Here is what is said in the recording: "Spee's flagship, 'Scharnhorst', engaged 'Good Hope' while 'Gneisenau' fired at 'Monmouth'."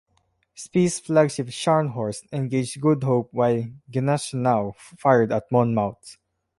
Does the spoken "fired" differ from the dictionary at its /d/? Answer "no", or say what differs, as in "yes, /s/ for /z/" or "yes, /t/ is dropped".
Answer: no